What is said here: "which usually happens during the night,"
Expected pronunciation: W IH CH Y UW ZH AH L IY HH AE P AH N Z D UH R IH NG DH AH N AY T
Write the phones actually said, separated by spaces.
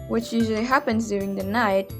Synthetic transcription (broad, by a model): W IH CH Y UW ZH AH L IY HH AE P AH N Z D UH R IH NG DH AH N AY T